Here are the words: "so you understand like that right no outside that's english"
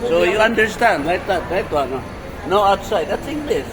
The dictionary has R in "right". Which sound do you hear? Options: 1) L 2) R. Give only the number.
1